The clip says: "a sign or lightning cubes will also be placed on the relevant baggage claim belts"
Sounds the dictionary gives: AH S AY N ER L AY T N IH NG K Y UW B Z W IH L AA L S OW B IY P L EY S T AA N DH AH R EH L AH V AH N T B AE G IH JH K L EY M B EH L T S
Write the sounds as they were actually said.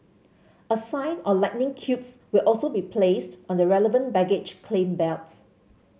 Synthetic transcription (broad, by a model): AH S AY N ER L AY T N IH NG K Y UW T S W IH L AA L S OW B IY P L EY S T AA N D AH R EH L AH V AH N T B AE G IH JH K L EY M B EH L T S